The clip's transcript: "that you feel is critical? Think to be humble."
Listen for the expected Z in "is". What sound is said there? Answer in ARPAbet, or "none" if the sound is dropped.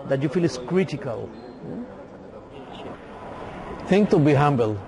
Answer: S